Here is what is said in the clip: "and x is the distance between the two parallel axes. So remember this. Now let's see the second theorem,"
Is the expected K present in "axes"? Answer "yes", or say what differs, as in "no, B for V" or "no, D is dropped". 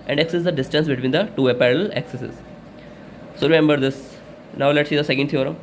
no, K is dropped